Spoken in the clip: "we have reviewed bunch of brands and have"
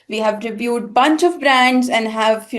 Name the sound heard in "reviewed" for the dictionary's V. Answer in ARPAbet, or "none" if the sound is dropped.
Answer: B